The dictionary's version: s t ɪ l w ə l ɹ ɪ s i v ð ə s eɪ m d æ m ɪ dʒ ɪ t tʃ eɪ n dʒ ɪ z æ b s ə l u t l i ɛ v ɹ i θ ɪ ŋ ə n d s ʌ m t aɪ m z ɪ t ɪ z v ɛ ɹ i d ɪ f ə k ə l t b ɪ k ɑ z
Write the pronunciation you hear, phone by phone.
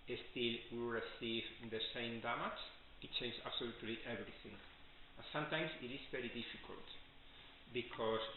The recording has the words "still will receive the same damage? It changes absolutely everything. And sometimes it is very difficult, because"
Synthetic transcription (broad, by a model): s t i l w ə ɹ ɪ s i v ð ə s eɪ m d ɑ m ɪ tʃ ɪ t tʃ eɪ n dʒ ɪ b s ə l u t l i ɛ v ɹ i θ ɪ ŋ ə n s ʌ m t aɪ m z ɪ t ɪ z v ɛ ɹ i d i f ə k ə l t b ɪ k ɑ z